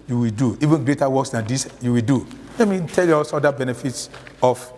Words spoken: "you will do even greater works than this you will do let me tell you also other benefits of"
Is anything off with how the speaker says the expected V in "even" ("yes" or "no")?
no